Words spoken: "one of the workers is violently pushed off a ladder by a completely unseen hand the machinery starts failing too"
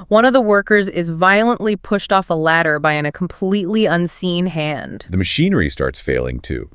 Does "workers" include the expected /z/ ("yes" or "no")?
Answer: yes